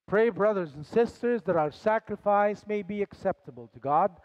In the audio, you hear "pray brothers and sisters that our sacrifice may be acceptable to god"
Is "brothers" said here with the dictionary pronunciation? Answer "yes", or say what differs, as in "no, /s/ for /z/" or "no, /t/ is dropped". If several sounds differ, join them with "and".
yes